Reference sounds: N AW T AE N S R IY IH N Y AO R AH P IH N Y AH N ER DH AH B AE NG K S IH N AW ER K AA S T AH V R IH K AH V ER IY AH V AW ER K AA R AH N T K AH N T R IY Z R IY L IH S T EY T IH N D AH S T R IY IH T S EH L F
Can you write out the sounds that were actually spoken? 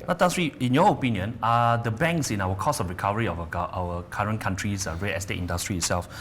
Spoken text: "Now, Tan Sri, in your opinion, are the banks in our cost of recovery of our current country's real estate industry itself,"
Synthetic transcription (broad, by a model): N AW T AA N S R IY IH N Y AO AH P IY N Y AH N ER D AH B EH NG K S IH N AW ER K AA S AH F R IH K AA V ER IY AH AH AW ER K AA R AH N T K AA N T R IY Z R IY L IH S T EY T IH N D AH S T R IY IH T S EH L F